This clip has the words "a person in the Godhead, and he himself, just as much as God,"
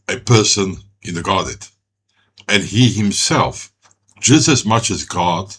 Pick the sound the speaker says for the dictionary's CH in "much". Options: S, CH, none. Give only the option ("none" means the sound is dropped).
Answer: CH